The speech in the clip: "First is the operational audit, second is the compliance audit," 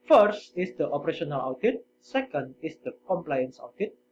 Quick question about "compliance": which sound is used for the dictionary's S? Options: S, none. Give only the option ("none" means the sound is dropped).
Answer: S